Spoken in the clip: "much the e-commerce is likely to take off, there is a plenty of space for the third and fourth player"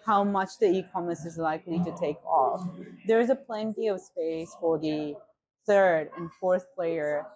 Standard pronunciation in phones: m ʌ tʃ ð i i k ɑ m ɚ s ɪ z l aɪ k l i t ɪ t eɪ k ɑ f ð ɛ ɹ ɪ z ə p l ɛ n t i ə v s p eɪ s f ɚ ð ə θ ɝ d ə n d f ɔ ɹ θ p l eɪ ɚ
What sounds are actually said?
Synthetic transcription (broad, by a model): m ʌ tʃ ð i i k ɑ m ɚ s ɪ z l aɪ k l i t ɪ t eɪ k ɑ f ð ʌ ɹ ɪ z ə p l ɛ n t i ə v s p eɪ s f ɚ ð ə θ ɝ d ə n f ɔ ɹ θ p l eɪ ɚ